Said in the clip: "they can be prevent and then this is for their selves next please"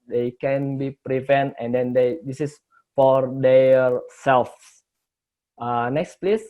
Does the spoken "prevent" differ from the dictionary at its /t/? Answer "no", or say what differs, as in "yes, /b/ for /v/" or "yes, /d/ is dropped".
no